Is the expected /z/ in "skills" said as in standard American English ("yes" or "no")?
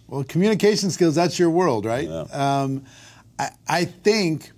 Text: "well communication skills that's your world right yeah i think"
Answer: yes